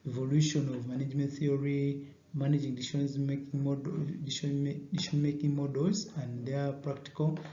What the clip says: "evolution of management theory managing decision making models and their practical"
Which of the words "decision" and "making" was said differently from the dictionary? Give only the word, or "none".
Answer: decision